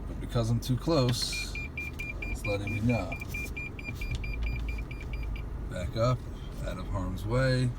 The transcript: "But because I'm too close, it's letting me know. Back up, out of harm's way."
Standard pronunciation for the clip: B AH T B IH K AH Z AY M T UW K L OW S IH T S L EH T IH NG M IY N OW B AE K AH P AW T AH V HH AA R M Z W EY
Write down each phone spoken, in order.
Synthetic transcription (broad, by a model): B AH T B IH K AH Z AY M T UW K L OW IH S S L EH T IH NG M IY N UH B AE K AH P AW T AH V HH AA R M Z W EY